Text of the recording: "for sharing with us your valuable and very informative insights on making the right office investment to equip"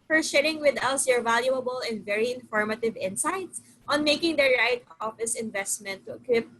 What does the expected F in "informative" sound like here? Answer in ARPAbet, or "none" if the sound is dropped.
F